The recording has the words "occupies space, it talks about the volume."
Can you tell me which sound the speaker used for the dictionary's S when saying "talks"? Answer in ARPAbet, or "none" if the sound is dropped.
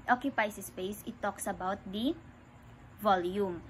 S